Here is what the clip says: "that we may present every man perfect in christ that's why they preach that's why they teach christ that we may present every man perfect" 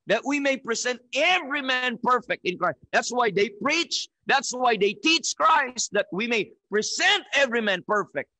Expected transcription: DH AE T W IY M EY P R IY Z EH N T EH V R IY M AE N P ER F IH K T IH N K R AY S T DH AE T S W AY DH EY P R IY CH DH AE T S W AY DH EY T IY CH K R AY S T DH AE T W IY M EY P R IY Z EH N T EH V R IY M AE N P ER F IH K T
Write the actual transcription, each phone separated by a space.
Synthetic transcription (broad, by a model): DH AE T W IY M EY P R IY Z EH N T EH V R IY M AE N P ER F IH K T IH N K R AY S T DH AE T S W AY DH EY P R IY CH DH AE T S W AY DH EY T IY CH K R AY S T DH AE T W IY M EY P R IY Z EH N T EH V R IY M AE N P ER F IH K T